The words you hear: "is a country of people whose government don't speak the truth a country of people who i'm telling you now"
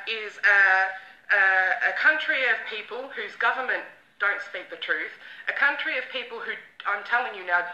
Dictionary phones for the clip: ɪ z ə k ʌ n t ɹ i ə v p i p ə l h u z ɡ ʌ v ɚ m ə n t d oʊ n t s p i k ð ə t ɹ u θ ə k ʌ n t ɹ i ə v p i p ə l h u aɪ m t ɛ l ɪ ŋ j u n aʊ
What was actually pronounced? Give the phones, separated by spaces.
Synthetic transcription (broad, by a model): ɪ z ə k ʌ n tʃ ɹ i ə v p i p ə l h u z ɡ ʌ v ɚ m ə n d oʊ n t s p i k ð ə t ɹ u θ ə k ʌ n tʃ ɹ i ə v p i p ə l h u aɪ m t ɛ l ɪ ŋ j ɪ n aʊ